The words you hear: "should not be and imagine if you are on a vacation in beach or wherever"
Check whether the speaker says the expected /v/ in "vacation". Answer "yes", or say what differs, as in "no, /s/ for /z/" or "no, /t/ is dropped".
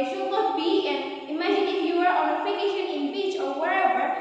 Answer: no, /f/ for /v/